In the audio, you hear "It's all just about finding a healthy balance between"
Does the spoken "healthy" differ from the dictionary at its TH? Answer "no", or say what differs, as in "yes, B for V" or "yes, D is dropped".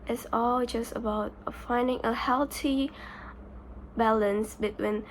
yes, T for TH